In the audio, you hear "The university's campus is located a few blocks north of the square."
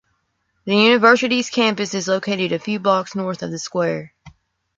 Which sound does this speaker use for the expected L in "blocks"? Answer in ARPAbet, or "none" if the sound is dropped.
none